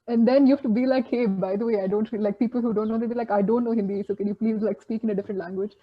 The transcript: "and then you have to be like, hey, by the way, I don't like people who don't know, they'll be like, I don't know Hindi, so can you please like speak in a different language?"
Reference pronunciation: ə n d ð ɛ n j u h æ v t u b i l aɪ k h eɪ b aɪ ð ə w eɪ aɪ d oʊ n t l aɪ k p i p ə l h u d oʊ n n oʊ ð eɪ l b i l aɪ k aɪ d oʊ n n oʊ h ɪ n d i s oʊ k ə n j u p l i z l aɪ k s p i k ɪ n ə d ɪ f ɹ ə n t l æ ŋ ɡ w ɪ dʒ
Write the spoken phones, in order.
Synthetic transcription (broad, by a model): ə n d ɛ n j u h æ f t u b i l aɪ k h eɪ b aɪ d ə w eɪ aɪ d oʊ n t l aɪ k p i p ə l h u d oʊ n n oʊ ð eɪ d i l aɪ k aɪ d oʊ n n oʊ h ɪ n d i s oʊ k ə n j u p l i z l aɪ k s p i k ɪ n ə d ɪ f ɹ ə n t l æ ŋ ɡ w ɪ dʒ